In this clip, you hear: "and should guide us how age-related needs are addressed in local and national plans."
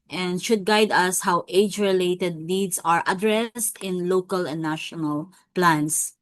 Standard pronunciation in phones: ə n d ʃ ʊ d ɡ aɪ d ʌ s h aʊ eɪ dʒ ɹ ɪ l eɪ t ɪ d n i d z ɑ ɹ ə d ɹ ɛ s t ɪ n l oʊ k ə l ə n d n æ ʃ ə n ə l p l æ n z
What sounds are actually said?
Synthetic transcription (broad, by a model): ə n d ʃ ʊ d ɡ aɪ d ʌ s h aʊ eɪ dʒ ɹ ɪ l eɪ t ɪ d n i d s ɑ ɹ ə d ɹ ɛ s t ɪ n l oʊ k ə l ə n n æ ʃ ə n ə l p l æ n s